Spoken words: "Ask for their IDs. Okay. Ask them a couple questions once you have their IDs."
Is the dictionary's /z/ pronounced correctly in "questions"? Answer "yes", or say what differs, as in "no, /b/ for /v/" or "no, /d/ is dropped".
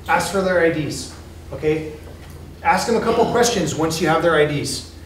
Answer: yes